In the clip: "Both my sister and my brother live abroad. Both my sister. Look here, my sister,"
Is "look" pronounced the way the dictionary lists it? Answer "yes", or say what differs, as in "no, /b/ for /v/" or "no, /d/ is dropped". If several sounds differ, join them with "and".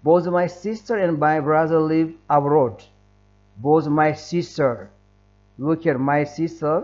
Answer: no, /w/ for /l/